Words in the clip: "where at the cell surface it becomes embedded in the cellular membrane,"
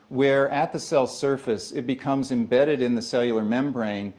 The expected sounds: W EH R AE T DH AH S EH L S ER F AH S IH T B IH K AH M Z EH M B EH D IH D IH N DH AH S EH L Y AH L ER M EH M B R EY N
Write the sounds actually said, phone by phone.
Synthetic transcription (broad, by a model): W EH R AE T DH AH S EH L S ER F AH S IH T B IH K AH M Z EH M B EH D IH D IH N DH AH S EH L Y L ER M EH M B R EY N